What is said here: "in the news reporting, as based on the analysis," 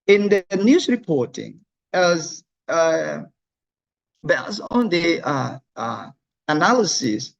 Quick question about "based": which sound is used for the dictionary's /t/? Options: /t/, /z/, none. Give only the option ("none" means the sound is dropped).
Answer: none